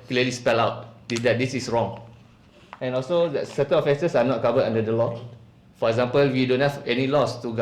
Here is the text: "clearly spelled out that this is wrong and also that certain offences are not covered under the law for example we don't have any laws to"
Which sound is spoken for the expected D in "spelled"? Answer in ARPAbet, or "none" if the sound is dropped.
none